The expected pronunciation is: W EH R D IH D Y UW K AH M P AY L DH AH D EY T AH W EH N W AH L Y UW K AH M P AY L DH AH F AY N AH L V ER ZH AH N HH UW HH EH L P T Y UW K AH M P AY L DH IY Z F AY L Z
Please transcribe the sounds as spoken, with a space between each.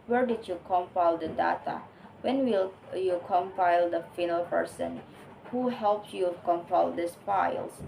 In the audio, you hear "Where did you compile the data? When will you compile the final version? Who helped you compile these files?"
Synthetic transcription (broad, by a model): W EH R D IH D Y UW K AH M P AY L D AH D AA T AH W EH N W AH L Y UW K AH M P AY L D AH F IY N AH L P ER S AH N HH UW HH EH L P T Y UW K AH M P AY L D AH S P AY L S